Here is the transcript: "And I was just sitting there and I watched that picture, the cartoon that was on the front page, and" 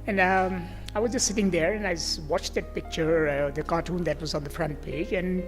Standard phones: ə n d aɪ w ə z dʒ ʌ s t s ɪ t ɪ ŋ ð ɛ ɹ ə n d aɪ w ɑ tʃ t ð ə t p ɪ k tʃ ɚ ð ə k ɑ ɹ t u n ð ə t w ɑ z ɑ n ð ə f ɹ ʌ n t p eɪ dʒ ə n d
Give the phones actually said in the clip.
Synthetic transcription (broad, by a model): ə n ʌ aɪ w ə z dʒ ʌ s t s ɪ t ɪ ŋ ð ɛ ɹ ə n aɪ w ɑ tʃ t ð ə t p ɪ k tʃ ɚ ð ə k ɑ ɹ t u n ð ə t w ɑ z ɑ n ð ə f ɹ ʌ n t p eɪ dʒ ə n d